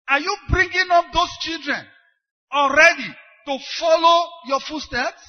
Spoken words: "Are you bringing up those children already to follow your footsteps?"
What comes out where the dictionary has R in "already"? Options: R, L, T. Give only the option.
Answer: R